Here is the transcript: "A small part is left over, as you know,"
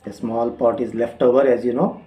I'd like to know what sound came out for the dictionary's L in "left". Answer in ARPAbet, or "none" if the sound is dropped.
L